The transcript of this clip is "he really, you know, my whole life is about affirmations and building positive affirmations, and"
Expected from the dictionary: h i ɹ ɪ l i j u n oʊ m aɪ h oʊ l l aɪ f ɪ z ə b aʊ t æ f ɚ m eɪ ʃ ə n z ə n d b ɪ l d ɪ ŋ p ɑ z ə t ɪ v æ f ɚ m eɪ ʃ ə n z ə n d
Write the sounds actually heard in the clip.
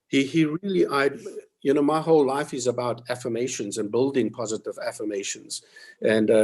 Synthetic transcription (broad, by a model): h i ɹ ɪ l i j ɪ n oʊ m aɪ h oʊ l l aɪ f ɪ z ə b aʊ t æ f ɚ m eɪ ʃ ə n z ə n b ɪ l d ɪ ŋ p ɑ z ə t ɪ v æ f ɚ m eɪ ʃ ə n z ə n